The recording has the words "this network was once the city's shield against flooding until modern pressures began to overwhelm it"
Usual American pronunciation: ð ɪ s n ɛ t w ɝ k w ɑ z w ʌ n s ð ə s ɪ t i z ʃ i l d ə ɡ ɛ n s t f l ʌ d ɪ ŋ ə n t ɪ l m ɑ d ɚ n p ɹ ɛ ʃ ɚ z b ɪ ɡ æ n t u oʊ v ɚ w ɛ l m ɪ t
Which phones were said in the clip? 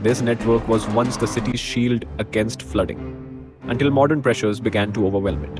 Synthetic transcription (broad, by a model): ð ɪ s n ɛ t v ɝ k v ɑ z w ʌ n s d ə s ɪ t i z ʃ i l d ə ɡ ɛ n s t f l ʌ d ɪ ŋ ə n t ɪ l m ɑ d ɚ n p ɹ ɛ ʃ ɚ z b ɪ ɡ æ n t u oʊ v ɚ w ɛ l m ɪ t